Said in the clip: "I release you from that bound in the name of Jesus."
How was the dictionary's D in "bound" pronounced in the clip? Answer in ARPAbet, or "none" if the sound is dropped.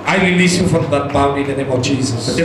none